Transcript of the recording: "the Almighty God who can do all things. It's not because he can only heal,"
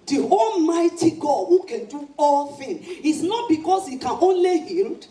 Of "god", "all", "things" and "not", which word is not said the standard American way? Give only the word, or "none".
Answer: things